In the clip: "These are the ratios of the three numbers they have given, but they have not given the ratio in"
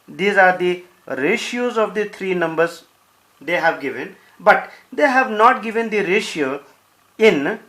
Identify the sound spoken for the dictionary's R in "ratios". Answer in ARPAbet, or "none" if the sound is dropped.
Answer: R